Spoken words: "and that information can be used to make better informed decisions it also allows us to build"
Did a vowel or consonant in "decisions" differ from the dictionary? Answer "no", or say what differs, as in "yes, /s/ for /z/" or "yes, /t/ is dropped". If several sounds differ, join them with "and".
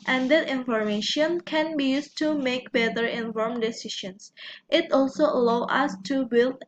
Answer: yes, /ʃ/ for /ʒ/